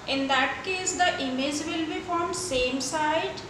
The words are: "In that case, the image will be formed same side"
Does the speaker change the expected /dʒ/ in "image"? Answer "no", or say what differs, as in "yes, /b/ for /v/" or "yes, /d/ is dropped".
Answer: no